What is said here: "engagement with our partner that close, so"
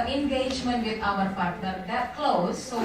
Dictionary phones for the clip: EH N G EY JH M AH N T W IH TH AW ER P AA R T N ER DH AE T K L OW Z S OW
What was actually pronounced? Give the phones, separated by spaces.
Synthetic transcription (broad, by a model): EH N G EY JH M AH N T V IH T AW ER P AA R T ER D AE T K L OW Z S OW